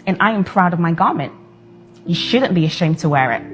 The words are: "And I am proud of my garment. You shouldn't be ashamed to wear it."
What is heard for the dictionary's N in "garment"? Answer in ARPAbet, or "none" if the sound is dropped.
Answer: N